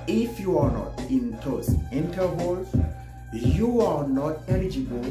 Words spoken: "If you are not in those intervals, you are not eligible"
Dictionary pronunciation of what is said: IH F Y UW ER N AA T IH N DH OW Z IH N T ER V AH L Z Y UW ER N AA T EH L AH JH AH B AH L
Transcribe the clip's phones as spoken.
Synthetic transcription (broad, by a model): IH F Y UW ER N AA T IH N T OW S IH N T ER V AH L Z Y UW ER N AA T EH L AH JH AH B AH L